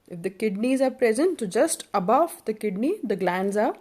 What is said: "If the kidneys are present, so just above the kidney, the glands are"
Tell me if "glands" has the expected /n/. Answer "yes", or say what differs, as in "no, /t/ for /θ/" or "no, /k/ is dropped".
yes